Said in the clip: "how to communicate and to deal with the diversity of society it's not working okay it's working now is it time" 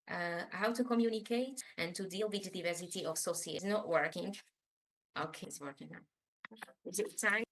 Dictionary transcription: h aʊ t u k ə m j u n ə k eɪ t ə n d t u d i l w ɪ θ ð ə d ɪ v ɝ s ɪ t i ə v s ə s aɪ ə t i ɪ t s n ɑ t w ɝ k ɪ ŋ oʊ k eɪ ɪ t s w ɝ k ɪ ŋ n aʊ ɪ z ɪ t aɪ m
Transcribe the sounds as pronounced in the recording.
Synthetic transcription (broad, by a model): h aʊ t u k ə m j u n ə k eɪ t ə n t u d i l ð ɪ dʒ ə d ɪ v ɝ s ɪ t i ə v s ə s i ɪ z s n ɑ t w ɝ k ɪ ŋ oʊ k eɪ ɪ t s w ɝ k ɪ ŋ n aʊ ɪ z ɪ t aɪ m